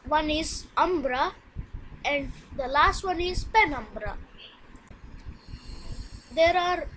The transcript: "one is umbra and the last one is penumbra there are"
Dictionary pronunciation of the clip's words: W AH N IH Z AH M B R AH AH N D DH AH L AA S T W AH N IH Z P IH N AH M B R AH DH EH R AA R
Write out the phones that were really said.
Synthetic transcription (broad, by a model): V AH N IH Z AH M B R AH AH N D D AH L AA S T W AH N IH Z P IH N AH M B R AH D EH R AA R